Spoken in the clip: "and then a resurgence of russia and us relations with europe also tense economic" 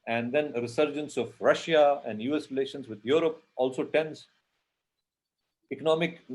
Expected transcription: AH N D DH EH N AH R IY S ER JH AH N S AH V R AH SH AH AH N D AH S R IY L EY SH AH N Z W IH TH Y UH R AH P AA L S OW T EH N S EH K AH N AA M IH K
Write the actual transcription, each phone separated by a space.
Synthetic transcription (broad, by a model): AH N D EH N R IY S ER JH AH N S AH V R AH SH AH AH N D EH S R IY L EY SH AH N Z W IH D Y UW R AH P AA L S OW T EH N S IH K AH N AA M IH K